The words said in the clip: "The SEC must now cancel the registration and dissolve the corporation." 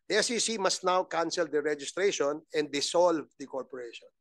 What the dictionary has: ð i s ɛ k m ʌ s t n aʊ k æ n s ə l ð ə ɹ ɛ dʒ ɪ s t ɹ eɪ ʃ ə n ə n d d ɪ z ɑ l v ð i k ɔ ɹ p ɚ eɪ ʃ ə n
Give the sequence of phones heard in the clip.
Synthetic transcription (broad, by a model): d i s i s m ʌ s t n aʊ k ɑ n s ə l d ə ɹ ɛ dʒ ɪ s t ɹ eɪ ʃ ə n ə n d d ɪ s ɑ l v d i k ɔ ɹ p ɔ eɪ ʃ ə n